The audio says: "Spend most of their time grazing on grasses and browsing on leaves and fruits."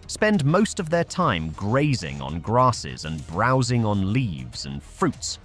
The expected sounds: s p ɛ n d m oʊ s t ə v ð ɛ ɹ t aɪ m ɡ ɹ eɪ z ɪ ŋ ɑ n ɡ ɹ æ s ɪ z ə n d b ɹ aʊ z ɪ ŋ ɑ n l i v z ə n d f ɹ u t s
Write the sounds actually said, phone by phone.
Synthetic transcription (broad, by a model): s p ɛ n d m oʊ s t ə v ð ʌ ɹ t aɪ m ɡ ɹ eɪ z ɪ ŋ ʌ n ɡ ɹ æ s ɪ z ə n b ɹ aʊ z ɪ ŋ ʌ n l i v z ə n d f ɹ u t s